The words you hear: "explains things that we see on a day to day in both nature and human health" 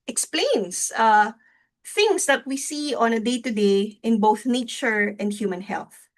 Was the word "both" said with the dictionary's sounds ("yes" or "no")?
yes